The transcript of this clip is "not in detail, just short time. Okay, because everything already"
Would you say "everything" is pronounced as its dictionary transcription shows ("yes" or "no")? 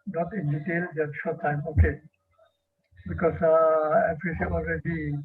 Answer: no